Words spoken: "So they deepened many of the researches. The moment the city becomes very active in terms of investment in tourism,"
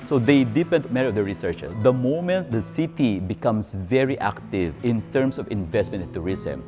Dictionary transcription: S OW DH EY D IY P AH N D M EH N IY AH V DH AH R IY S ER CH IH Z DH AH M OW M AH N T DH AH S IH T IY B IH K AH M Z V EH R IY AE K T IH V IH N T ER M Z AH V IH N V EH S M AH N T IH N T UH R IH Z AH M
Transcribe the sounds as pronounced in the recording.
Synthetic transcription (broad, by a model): S OW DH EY D IY P AH N D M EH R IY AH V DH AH R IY S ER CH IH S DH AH M OW M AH N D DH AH S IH T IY B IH K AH M S V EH R IY AE K T IH V IH N T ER M S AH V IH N V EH S M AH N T IH N T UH R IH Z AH M